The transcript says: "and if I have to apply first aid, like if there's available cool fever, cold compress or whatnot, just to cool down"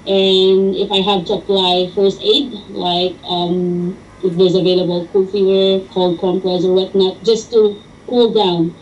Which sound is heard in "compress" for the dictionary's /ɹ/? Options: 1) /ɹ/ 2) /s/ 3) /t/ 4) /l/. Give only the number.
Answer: 4